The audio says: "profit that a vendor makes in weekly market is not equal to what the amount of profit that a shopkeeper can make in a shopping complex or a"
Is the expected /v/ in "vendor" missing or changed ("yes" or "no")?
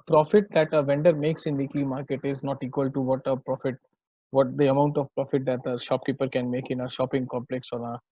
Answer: no